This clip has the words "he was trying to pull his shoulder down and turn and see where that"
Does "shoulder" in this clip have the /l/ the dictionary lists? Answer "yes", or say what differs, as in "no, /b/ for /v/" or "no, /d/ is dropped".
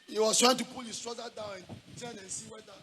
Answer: no, /l/ is dropped